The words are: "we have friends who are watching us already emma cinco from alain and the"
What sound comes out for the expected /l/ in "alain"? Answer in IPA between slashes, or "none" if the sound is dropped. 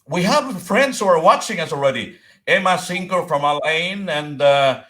/l/